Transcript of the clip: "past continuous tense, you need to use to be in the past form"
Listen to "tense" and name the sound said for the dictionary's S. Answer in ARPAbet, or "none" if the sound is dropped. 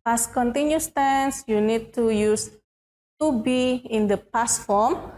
S